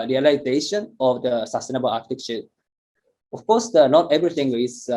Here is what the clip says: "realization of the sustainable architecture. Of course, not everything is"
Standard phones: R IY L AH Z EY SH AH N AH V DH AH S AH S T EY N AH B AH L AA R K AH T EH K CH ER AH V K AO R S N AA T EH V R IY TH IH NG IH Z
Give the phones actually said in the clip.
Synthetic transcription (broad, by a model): R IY L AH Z EY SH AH N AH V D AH S AH S T EY N AH B AH L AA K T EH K SH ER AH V K AO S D N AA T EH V R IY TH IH NG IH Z